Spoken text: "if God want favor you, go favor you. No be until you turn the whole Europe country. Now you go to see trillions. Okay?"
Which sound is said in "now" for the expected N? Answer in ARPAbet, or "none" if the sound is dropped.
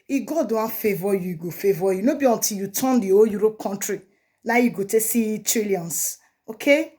L